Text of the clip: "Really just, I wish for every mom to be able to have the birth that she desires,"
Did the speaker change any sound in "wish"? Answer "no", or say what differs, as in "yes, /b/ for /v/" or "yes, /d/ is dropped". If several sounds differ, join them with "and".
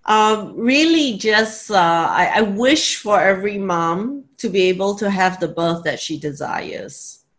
no